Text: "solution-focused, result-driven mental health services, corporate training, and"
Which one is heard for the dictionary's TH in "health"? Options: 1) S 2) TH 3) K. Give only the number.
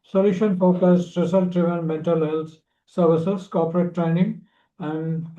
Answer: 1